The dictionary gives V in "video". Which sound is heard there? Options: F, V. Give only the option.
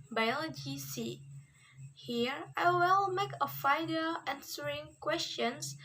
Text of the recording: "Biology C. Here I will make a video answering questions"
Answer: F